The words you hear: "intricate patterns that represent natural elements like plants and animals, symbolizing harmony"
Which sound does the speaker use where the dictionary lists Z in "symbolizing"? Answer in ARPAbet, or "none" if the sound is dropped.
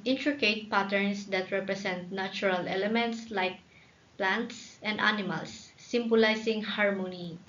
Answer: S